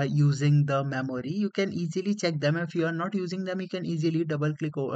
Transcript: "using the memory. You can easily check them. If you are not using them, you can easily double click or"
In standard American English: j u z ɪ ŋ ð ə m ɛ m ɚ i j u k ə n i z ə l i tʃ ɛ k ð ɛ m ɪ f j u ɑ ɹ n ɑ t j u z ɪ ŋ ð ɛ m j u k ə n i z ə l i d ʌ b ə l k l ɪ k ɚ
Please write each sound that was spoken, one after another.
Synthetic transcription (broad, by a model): j u z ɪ ŋ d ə m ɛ m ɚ i j u k ə n i z ə l i tʃ ɛ k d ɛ m ɪ f j u ɑ ɹ n ɑ t j u z ɪ ŋ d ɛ m j u k ə n i z ə l i d ʌ b ə l k l ɪ k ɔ